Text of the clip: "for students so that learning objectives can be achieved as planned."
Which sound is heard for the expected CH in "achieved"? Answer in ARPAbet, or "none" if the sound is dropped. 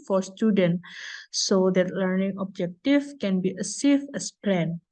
S